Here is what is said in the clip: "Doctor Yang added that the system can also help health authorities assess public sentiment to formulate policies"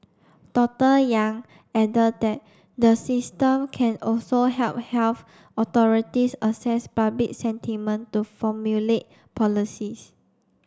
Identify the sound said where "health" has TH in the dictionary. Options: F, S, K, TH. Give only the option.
F